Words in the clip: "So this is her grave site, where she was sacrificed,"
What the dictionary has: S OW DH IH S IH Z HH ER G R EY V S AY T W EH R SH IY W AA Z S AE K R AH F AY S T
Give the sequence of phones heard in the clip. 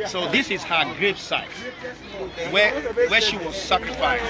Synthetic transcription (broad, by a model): S OW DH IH S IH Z HH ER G R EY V S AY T W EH W SH IY W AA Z S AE K R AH F AY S